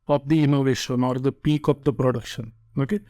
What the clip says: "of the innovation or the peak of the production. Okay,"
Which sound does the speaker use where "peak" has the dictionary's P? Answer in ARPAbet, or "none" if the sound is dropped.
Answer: P